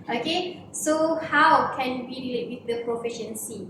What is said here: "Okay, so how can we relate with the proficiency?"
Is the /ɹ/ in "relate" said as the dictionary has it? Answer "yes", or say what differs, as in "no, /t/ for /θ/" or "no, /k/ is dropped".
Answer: no, /w/ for /ɹ/